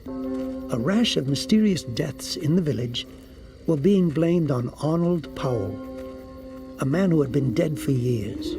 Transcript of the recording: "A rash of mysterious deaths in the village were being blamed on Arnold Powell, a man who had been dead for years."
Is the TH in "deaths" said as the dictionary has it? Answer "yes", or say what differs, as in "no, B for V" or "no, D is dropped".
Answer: yes